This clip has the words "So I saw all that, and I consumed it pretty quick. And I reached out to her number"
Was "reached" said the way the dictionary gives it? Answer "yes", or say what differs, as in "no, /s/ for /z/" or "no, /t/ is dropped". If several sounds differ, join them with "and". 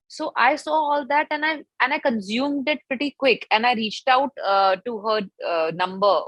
yes